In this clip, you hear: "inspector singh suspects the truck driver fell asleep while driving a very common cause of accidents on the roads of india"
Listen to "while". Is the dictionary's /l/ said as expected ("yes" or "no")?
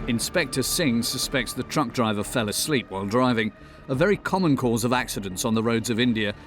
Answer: yes